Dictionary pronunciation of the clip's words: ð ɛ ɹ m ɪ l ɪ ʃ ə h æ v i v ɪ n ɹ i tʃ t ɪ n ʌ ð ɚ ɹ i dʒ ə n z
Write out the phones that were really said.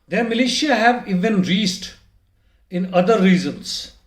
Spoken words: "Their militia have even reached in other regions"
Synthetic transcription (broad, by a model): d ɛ ɹ m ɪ l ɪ ʃ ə h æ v i v ɪ n ɹ i s t ɪ n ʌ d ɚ ɹ i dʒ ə n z